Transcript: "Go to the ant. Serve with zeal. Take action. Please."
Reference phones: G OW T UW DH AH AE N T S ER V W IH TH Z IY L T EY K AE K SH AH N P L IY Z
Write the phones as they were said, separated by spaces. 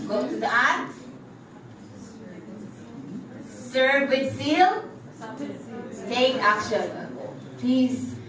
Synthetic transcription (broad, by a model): G OW T UW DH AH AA T S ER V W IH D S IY L T EY K AE K SH AH N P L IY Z